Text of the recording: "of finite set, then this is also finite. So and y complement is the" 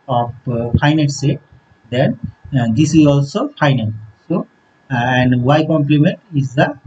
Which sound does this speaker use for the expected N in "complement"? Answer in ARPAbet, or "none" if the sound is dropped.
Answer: N